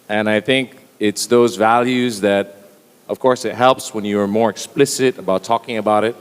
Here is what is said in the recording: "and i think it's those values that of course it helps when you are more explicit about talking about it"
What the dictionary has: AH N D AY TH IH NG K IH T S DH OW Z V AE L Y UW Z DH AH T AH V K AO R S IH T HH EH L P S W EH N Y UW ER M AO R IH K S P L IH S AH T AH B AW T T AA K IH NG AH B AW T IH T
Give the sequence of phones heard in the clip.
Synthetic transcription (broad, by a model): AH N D AY TH IH NG K IH T S DH OW Z V AE L Y UW Z DH AH T AH V K AO R S IH T HH EH L P S W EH N Y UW ER M AO R IH K S P L IH S AH T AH B AW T T AA K IH NG AH B AW T IH T